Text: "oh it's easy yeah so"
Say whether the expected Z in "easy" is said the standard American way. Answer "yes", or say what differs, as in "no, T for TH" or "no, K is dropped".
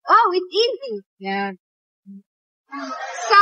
yes